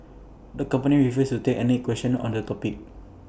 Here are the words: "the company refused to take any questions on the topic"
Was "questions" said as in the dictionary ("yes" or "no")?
no